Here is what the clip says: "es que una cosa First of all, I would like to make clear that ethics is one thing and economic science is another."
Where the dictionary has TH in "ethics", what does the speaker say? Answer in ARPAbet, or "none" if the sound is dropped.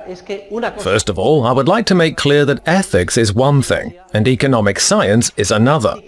TH